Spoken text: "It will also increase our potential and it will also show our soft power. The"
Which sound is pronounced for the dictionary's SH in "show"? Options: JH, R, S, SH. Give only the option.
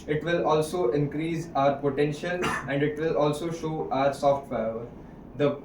SH